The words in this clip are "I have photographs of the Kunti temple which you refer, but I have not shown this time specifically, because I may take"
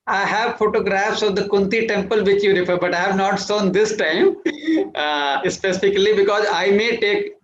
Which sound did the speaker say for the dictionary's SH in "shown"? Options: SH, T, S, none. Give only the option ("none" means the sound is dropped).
S